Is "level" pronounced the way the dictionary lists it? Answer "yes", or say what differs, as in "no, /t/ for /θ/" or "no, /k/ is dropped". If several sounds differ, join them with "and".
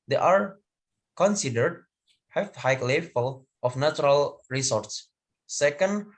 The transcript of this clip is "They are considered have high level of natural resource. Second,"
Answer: no, /f/ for /v/